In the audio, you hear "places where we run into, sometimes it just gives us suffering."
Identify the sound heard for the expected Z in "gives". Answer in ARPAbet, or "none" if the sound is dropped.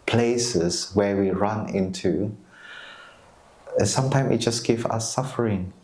none